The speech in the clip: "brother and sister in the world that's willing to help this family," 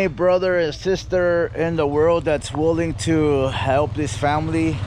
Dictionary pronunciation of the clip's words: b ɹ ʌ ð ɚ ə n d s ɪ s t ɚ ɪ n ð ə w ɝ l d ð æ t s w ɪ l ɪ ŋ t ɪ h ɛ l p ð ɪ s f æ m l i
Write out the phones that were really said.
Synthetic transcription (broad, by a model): b ɹ ʌ ð ɚ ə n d s ɪ s t ɚ ɪ n ð ə w ɝ l d ð æ t s w ɪ l ɪ ŋ t ɪ h ɛ l p ð ɪ s f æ m l i